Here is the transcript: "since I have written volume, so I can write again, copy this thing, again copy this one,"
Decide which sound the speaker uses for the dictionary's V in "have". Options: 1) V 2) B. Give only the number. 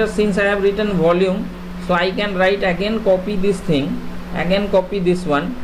2